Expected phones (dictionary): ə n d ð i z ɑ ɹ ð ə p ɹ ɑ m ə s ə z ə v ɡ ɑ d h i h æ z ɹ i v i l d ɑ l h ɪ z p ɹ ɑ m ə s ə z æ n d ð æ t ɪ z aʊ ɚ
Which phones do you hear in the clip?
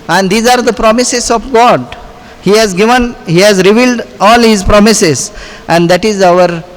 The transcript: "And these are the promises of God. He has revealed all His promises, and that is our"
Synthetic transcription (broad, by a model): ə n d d i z ɑ ɹ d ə p ɹ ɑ m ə s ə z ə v ɡ ɑ d h i h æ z ɹ i v i l d ɑ l h ɪ z p ɹ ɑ m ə s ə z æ n d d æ t ɪ z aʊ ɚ